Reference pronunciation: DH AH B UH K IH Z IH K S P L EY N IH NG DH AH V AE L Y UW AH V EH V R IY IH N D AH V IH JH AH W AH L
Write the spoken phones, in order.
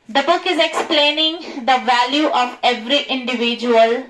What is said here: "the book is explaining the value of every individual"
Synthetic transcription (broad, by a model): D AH B UH K IH Z IH K S P L EY N IH NG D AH V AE L Y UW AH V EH V R IY IH N D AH V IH JH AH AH L